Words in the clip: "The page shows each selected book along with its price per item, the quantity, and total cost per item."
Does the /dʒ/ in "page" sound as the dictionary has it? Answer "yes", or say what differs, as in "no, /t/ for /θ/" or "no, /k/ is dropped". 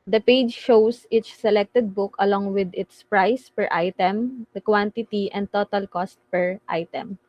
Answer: yes